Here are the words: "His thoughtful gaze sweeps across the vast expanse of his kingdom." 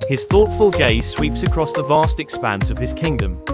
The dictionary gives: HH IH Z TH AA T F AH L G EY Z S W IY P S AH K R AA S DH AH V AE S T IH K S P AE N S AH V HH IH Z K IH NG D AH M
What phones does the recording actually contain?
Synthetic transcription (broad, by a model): HH IH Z TH AA T F AH L G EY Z S W IY P S AH K R AA S DH AH V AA S T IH K S P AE N S AH V IH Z K IH NG D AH M